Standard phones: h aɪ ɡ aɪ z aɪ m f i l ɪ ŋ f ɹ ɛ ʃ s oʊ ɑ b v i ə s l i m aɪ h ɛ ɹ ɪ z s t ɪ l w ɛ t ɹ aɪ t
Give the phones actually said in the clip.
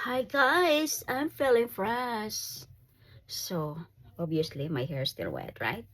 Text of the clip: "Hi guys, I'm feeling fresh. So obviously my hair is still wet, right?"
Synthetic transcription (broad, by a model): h aɪ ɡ aɪ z aɪ m f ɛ l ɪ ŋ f ɹ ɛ s s oʊ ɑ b i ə s l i m aɪ h ɛ ɹ s t ɪ l w ɛ t ɹ aɪ t